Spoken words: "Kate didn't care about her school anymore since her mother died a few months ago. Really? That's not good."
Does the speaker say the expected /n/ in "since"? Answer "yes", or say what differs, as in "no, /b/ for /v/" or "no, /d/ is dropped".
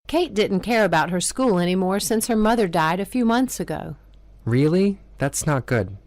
yes